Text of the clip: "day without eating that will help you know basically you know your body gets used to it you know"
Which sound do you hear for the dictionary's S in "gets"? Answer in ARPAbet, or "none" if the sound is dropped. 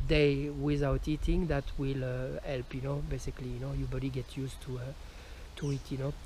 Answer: none